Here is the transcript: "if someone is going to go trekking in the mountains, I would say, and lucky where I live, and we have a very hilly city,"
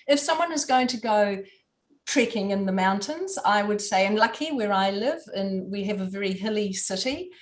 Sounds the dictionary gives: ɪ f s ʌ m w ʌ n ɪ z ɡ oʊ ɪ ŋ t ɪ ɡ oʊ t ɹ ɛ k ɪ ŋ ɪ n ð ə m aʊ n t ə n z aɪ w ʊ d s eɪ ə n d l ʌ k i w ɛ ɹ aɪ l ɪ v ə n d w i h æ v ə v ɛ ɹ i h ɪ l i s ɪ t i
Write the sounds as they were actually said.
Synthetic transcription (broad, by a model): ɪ f s ʌ m w ʌ n ɪ z ɡ oʊ ɪ ŋ t ɪ ɡ oʊ t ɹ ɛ k ɪ ŋ ɪ n ð ə m aʊ n t ə n z aɪ w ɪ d s eɪ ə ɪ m l ʌ k i w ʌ ɹ aɪ l ɪ v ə n w i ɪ v ə v ɛ ɹ i h ɪ l i s ɪ t i